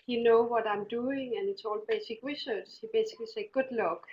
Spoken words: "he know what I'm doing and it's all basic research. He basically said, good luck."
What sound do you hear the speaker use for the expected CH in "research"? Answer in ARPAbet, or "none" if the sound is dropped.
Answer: S